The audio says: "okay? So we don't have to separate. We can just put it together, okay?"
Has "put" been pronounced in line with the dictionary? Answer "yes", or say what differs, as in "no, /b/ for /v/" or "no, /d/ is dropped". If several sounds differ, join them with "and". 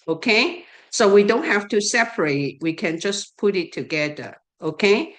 yes